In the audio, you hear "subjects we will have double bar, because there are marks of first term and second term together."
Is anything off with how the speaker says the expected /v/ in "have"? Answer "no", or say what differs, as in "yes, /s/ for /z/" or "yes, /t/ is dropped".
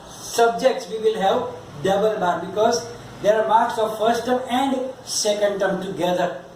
yes, /p/ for /v/